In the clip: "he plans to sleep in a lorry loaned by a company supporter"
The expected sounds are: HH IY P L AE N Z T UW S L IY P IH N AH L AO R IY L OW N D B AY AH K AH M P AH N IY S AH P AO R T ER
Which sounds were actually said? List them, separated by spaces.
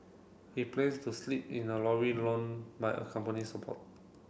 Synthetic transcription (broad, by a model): HH IY P L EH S T UW S L IY P IH N AH L AO W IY L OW N B AY AH K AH M P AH N IY S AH P AO T